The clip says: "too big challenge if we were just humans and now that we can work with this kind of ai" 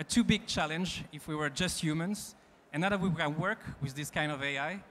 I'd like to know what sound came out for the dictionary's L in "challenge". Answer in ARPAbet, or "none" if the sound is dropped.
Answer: L